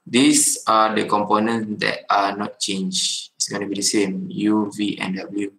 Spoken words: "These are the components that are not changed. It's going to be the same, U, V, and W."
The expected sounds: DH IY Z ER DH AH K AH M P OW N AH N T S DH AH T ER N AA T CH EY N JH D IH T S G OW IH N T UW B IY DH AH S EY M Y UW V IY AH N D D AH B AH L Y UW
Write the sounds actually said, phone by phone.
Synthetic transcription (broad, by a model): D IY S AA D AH K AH M P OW N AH N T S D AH T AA N AA T CH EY N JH IH T S G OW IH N T UW B IY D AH S EY M Y UW V IY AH N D D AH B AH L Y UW